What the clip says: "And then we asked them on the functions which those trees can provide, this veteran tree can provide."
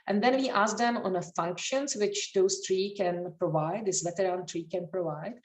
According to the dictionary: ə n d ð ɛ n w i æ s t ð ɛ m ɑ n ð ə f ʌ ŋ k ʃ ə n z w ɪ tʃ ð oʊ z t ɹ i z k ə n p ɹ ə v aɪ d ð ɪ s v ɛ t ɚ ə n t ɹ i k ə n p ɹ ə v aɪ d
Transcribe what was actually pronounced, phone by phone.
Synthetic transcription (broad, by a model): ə n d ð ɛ n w i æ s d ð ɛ m ɑ n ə f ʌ ŋ k ʃ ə n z w ɪ tʃ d oʊ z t ɹ i k ə n p ɹ ə v aɪ d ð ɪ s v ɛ t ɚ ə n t ɹ i k ə n p ɹ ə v aɪ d